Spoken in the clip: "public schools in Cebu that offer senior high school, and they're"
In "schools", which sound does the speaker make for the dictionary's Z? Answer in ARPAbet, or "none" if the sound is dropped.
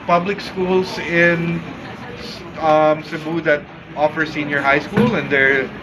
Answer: S